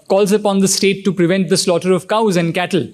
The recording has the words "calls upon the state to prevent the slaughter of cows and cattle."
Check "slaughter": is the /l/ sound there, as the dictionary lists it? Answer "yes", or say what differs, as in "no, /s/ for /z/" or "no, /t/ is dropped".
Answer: yes